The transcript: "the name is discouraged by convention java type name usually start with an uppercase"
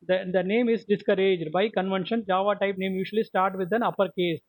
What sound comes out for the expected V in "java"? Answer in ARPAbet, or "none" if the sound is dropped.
V